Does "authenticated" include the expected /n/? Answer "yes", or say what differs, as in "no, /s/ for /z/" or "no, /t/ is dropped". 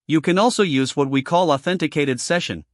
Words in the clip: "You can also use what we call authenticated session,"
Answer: yes